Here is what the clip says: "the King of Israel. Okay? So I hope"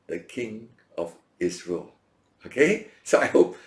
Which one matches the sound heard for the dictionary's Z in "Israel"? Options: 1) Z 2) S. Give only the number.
2